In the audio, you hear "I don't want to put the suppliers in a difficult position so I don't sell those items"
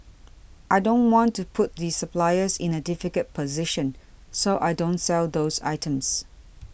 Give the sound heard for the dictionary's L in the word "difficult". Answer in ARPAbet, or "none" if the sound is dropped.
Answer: none